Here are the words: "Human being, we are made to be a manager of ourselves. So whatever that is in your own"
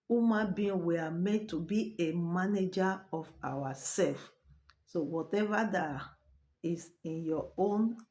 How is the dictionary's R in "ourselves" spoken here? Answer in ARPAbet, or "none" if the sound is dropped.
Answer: W